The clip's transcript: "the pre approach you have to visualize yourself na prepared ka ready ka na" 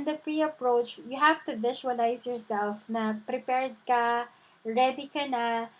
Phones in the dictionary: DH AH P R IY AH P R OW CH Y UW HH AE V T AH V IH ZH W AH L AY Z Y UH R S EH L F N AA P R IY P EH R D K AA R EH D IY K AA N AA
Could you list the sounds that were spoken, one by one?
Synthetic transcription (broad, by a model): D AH P R IY AH P R OW CH Y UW HH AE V T AH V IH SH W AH L AY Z Y UH R S EH L F N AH P R IY P EH R D K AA R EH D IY K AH N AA